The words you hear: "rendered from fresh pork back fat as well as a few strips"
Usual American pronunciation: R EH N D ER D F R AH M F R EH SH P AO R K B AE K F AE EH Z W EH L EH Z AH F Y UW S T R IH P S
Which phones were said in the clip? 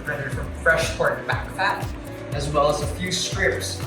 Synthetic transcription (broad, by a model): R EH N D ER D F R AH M F R EH SH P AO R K B AE K P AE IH Z W EH L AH Z AH F Y UW S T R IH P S